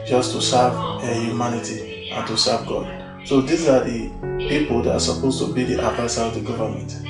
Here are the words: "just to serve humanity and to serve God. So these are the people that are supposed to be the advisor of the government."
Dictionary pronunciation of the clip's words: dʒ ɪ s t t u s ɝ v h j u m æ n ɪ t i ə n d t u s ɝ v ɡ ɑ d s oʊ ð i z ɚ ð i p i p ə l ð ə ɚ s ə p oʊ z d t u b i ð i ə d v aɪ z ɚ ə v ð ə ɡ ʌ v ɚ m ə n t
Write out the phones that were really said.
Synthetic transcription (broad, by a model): dʒ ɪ s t t u s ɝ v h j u m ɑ n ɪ t i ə n t u s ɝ v ɡ ɑ d s oʊ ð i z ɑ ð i p i p ə l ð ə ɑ s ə p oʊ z t u b i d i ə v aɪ s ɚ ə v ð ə ɡ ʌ v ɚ m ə n t